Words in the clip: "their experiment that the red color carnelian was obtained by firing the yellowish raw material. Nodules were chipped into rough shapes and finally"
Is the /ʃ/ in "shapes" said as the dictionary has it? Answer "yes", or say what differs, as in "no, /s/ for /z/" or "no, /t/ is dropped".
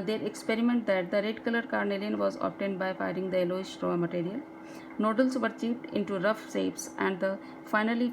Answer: no, /s/ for /ʃ/